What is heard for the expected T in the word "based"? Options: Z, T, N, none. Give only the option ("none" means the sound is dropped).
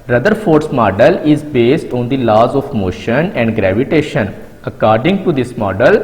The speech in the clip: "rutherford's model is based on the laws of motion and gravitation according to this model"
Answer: T